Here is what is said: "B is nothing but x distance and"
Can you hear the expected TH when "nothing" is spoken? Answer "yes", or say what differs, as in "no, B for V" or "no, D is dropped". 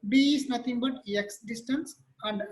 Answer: no, T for TH